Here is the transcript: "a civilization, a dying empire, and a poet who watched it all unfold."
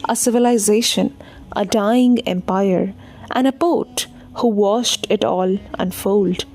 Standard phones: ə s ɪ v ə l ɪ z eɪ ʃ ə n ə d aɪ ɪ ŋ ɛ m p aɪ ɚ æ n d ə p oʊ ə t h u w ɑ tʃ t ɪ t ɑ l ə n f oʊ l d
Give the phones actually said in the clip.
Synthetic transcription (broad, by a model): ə s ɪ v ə l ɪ z eɪ ʃ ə n ə d aɪ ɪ ŋ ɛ m p aɪ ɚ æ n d ə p oʊ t h u w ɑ ʃ t ɪ t ɑ l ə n f oʊ l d